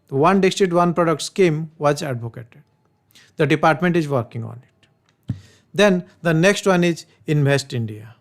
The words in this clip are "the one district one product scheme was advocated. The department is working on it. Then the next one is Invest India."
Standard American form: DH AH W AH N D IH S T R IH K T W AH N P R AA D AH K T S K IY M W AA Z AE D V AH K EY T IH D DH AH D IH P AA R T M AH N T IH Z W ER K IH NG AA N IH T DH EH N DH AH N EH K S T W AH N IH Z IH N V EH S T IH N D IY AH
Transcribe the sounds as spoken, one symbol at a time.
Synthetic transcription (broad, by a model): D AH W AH N D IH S T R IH T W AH N P R AA D AH K T S K IY M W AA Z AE D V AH K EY T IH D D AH D IH P AA R T M AH N T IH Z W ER K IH NG AA N IH T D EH N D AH N EH K S T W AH N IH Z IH N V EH S T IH N D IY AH